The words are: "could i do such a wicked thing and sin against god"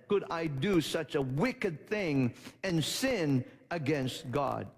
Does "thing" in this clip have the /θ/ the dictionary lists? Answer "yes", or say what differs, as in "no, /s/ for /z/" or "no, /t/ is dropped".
yes